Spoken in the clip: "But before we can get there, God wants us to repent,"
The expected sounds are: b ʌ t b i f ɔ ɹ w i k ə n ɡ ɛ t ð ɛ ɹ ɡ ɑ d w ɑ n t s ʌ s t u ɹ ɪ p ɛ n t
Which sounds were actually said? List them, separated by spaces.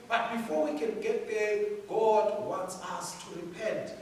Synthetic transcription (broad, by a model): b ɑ t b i f ɔ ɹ w i k ə n ɡ ɛ t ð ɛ ɡ ɑ d w ɑ n t s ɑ s t u ɹ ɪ p ɛ n t